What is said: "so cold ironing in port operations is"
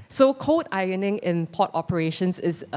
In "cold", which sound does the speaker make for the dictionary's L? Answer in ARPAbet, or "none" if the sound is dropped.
none